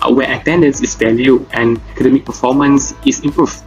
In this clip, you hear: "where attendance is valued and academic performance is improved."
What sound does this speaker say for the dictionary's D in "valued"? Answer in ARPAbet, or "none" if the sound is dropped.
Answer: none